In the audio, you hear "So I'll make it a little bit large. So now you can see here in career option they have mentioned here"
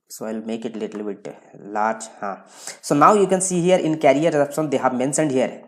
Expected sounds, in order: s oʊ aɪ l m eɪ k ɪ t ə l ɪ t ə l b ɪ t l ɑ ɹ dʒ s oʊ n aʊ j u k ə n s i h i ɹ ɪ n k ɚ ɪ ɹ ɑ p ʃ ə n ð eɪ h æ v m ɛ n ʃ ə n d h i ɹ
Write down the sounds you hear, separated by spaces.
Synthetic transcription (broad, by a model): s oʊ aɪ l m eɪ k ɪ t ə l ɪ t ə l b ɪ t l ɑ ɹ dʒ s oʊ n aʊ j u k ə n s i h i ɹ ɪ n k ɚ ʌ ɹ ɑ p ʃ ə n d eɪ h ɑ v m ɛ n s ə n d h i ɹ